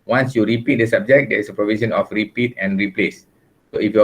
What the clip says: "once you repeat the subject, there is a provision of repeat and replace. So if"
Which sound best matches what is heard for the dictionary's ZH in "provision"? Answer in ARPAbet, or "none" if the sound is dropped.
S